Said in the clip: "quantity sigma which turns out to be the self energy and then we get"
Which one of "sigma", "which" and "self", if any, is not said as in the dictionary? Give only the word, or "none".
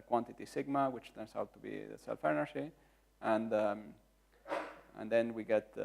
none